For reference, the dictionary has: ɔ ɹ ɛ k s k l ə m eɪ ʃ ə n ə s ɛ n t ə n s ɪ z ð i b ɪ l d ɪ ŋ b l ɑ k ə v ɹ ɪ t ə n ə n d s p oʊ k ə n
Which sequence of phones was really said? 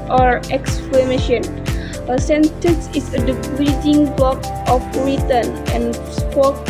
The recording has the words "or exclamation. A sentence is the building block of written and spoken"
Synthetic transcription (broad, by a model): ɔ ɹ ɛ k s k l ə m eɪ ʃ ə n ə s ɛ n t ə n s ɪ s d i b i d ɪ ŋ b l ɑ k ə f ɹ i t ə n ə n s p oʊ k